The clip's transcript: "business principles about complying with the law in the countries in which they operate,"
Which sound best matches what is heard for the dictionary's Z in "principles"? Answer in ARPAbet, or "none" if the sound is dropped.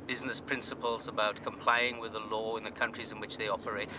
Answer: Z